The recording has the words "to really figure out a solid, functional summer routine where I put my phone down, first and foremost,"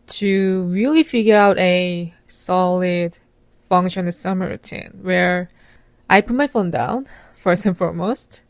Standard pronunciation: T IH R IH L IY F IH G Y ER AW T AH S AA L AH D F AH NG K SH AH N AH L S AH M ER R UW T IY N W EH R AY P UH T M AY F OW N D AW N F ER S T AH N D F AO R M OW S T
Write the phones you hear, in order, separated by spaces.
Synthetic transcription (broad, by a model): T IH R IH L IY F IH G Y ER AW T AH S AA L AH D F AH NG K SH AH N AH S AH M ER R UW T IY N W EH R AY P UH T M AY F OW N D AW N F ER S T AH N F AO R M OW S T